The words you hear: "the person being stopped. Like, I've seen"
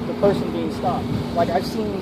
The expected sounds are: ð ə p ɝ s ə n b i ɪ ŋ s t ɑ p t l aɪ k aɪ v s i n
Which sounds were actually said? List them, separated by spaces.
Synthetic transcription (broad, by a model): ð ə p ɝ s ə n b i ɪ ŋ s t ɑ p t l aɪ k aɪ v s i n